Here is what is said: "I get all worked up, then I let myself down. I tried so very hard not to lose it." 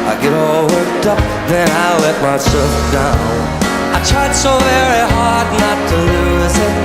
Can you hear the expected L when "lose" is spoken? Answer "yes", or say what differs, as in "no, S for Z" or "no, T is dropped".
yes